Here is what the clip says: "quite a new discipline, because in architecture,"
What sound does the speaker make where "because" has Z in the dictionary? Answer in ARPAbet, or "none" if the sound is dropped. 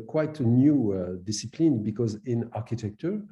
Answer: Z